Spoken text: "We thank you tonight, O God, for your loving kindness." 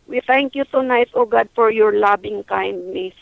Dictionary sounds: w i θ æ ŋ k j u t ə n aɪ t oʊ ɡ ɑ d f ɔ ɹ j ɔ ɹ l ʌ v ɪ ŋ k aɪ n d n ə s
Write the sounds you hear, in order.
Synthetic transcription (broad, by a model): w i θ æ ŋ k j u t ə n aɪ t oʊ ɡ ɑ d f ɔ ɹ j ɔ ɹ l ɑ b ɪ ŋ k aɪ n d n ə s